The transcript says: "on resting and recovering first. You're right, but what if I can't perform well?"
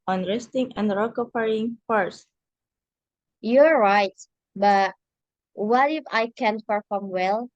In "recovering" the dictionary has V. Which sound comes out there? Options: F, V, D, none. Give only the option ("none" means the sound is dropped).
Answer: F